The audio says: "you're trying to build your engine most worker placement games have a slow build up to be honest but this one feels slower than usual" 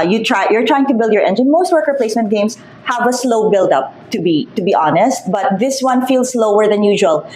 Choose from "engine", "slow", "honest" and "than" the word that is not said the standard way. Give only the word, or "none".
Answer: none